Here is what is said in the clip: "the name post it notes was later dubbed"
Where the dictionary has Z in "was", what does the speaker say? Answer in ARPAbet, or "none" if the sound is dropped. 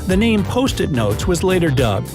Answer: Z